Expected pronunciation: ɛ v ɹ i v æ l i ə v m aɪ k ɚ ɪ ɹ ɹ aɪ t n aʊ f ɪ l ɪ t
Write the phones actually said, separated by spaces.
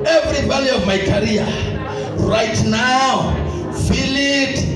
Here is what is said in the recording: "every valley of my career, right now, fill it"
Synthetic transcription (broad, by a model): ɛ v ɹ i b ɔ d i ə v m aɪ k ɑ ɹ ɹ aɪ t n aʊ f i l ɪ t